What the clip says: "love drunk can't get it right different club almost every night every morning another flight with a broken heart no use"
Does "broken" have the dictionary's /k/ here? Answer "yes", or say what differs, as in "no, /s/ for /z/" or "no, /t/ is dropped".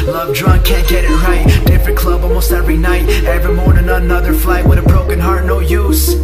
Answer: yes